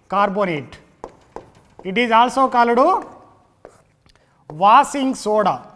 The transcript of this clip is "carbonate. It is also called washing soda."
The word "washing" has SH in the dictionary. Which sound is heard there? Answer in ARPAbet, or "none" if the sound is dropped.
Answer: S